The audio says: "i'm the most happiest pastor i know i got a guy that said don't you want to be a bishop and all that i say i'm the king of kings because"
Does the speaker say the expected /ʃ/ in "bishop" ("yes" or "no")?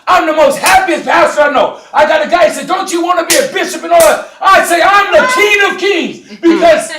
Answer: yes